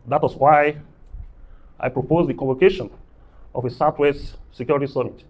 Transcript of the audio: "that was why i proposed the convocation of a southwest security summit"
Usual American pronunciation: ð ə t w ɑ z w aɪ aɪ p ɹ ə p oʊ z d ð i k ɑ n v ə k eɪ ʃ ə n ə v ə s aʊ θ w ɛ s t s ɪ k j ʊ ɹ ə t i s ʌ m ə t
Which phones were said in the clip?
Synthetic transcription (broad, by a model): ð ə t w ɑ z w aɪ aɪ p ɹ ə p oʊ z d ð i k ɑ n v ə k eɪ ʃ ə n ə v ə s aʊ t w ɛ s t s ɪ k j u ɹ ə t i s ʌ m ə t